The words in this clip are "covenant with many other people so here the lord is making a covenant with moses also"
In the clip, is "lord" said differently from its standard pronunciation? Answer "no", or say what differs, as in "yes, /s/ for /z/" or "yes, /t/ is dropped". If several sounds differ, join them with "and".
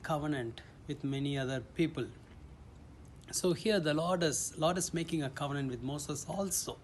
yes, /l/ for /ɹ/